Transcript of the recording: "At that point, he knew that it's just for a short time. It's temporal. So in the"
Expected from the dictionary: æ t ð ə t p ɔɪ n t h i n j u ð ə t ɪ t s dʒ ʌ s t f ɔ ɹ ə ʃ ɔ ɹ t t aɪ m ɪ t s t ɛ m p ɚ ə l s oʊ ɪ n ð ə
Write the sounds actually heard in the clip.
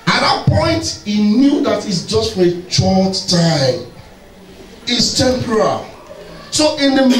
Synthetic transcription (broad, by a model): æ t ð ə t p ɔɪ n t h i n j u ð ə t ɪ t s dʒ ʌ s t f ɔ ɹ ə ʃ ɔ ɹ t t aɪ m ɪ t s t ɛ m p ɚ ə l s oʊ ɪ n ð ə